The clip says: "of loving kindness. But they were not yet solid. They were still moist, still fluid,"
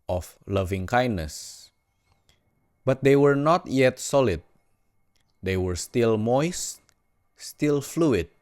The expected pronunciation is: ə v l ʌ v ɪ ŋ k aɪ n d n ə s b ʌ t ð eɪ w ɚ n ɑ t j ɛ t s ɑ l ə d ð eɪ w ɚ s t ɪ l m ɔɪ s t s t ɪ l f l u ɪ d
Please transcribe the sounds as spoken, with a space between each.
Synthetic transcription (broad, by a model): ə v l ʌ v ɪ ŋ k aɪ n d n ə s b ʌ t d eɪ w ɚ n ɑ t j ɛ t s ɑ l ə d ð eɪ w ɚ s t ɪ l m ɔɪ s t s t ɪ l f l u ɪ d